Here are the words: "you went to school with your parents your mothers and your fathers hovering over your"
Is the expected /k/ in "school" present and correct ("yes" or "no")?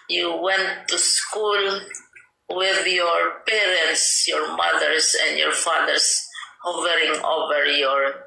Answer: yes